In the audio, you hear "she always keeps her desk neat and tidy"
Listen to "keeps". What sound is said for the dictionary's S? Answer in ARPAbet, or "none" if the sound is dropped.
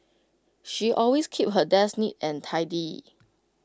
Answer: none